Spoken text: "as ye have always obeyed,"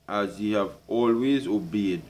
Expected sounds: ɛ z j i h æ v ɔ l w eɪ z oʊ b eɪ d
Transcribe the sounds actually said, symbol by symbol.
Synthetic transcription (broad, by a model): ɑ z j i h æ v ɔ l w eɪ z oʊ b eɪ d